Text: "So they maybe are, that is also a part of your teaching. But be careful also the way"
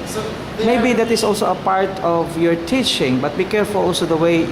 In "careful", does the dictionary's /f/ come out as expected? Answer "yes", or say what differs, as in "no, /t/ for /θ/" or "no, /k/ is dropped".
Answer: yes